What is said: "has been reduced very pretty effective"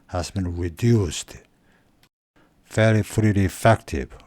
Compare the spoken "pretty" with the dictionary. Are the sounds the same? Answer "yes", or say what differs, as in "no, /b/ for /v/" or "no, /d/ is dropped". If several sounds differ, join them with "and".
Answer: no, /f/ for /p/